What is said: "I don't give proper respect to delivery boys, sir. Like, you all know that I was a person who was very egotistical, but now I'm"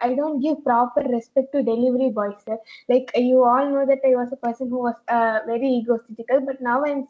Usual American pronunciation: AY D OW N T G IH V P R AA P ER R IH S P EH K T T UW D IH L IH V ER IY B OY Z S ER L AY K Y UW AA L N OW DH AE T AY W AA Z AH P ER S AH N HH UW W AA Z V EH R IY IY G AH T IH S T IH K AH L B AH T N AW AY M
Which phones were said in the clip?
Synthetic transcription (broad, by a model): AY D OW N T G IH V P R AA P ER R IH S P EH K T T UW D IH L IH V ER IY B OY S ER L AY K Y UW AA L N OW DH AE T AY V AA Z AH P ER S AH N HH UW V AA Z V EH R IY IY G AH S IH T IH K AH L B AH T N AW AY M